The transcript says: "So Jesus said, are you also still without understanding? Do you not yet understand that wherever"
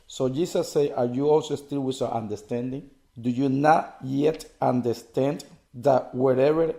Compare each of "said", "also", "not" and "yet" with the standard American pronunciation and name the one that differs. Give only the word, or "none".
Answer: said